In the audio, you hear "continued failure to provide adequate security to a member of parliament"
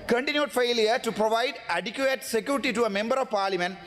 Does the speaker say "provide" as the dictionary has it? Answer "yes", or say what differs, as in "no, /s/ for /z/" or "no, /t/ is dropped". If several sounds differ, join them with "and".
yes